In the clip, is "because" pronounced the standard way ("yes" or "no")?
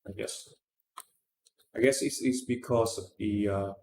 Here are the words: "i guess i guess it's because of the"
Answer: no